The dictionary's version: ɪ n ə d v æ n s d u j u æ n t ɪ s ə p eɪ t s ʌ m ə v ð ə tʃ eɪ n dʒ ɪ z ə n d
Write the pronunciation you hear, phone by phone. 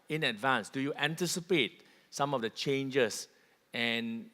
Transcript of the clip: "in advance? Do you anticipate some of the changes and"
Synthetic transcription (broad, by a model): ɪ n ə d v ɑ n s d u j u æ n t ɪ s ə p eɪ t s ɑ m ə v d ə tʃ eɪ n dʒ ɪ s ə n